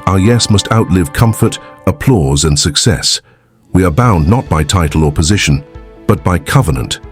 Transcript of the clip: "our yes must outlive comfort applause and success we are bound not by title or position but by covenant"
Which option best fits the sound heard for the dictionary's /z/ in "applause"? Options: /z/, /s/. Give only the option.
/z/